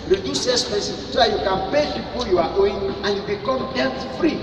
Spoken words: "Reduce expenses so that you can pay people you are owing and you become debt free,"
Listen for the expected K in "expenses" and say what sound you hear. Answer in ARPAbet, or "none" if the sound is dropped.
none